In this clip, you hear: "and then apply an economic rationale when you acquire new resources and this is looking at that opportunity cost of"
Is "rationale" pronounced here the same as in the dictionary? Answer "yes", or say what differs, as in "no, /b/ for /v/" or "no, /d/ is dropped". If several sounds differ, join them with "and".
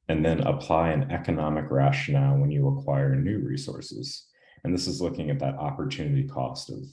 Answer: yes